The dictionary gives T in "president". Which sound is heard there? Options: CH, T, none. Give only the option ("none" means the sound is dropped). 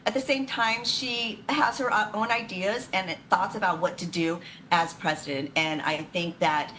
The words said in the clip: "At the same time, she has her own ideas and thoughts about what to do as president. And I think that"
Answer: T